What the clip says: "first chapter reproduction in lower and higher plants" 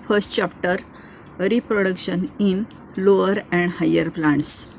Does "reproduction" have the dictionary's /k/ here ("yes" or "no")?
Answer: yes